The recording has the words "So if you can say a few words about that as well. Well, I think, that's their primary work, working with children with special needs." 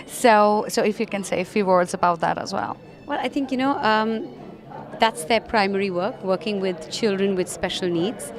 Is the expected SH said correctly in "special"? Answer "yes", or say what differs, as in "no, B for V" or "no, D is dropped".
yes